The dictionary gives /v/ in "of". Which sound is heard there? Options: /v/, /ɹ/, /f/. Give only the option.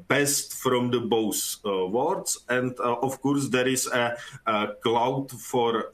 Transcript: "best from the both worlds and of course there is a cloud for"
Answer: /f/